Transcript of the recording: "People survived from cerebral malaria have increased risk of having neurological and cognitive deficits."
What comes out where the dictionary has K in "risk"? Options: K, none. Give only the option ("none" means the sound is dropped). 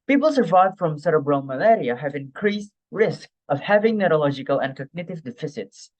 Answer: K